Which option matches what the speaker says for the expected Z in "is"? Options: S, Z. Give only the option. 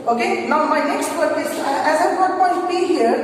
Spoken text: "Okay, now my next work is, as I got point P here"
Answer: S